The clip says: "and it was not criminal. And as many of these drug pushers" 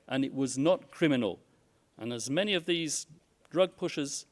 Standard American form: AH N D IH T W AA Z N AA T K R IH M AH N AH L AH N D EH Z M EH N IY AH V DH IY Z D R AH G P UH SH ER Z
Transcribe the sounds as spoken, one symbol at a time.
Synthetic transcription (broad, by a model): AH N IH T W AA Z N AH T K R IH M AH N AH L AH N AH Z M EH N IY AH V DH IY Z D R AH G P UH SH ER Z